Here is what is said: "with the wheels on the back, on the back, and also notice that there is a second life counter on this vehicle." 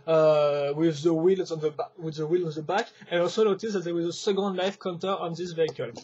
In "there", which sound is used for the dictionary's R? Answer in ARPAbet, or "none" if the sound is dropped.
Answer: W